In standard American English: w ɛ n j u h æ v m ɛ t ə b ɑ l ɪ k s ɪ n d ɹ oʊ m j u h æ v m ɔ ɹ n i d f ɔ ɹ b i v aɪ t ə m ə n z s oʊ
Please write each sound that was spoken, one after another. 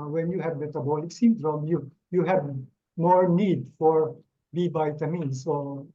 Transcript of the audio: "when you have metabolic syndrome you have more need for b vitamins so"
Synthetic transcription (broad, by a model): w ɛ n j u h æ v m ɛ t ə b ɑ l ɪ k s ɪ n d ɹ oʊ m j u h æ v m ɔ ɹ n i d f ɔ ɹ b i b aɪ t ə m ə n s oʊ